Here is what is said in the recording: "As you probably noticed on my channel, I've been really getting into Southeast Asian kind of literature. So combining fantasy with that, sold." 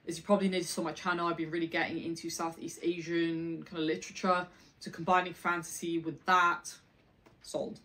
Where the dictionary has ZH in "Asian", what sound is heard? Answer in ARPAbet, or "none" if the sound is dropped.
ZH